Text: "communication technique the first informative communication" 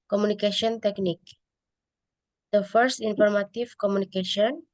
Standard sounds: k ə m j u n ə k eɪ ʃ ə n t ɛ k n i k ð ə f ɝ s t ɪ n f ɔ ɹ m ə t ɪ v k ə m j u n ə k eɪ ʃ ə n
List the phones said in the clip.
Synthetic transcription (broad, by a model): k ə m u n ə k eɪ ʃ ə n t ɛ k n i k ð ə f ɝ s t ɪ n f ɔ ɹ m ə t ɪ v k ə m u n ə k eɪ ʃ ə n